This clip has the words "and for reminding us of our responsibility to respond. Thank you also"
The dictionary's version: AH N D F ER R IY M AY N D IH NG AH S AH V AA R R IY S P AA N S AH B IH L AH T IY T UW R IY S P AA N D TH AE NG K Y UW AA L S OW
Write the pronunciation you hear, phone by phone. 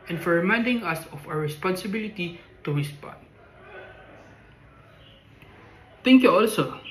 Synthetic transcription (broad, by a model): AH N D F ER R IY M AY N D IH NG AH S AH F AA W R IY S P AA N S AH B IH L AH T IY T UW R IY S P AA N D T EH NG K Y UW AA L S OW